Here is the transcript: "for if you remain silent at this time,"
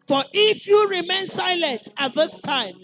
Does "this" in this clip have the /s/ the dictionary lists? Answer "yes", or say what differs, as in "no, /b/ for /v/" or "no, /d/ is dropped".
yes